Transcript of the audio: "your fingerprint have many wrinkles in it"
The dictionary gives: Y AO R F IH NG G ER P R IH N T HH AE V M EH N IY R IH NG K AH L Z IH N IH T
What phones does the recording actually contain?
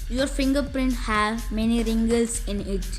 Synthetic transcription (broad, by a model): Y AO R F IH NG G ER P R IH N T HH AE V M EH N IY R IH NG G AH L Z IH N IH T